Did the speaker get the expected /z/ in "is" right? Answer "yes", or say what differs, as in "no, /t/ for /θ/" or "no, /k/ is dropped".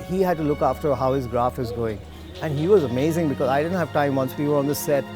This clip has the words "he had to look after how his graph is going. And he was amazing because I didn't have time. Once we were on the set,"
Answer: yes